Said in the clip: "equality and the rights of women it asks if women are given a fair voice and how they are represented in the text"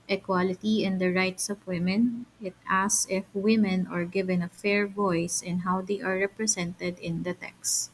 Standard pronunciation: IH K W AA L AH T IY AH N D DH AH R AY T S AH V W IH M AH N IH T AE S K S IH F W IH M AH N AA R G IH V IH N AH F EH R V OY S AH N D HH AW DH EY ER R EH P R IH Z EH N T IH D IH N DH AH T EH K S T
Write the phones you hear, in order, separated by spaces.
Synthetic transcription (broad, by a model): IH K W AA L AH T IY AH N D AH R AY T S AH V W IH M AH N IH T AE S S IH F W IH M AH N AA R G IH V IH N AH F EH R V OY S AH N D HH AW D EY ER R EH P R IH S EH N T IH D IH N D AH T EH K S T